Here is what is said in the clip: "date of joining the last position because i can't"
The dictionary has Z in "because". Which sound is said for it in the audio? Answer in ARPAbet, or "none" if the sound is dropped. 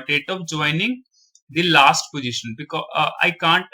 none